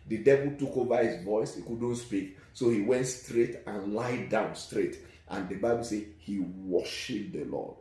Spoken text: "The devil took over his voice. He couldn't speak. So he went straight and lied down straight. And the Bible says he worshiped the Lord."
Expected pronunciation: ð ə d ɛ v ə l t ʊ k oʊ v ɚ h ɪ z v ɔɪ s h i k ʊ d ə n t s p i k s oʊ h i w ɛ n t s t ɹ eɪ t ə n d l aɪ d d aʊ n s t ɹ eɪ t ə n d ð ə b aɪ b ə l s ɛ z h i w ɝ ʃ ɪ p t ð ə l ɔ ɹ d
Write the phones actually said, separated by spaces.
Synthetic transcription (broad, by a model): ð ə d ɛ v ə l t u k oʊ v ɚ h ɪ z v ɔɪ s h i k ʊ d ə n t s p i k s oʊ h i w ɛ n t s t ɹ eɪ t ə n l aɪ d d aʊ n s t ɹ eɪ t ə n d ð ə b aɪ b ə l s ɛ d h i w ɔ ʃ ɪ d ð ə l ɔ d